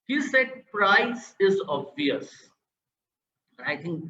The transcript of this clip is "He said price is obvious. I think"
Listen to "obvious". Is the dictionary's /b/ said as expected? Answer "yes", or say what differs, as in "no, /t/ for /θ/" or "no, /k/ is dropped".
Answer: no, /b/ is dropped